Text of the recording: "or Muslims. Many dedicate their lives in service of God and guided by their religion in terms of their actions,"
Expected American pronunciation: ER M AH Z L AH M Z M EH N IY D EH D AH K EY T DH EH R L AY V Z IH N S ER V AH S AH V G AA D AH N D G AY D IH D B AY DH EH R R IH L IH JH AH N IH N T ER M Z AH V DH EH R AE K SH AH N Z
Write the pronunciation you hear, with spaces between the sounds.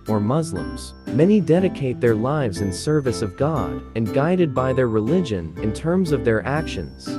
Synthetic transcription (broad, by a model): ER M AH Z L AH M Z M EH N IY D EH D AH K EY T DH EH R L AY V Z IH N S ER V AH S AH V G AA D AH N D G AY D IH D B AY DH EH R R IH L IH JH AH N IH N T ER M Z AH V DH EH R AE K SH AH N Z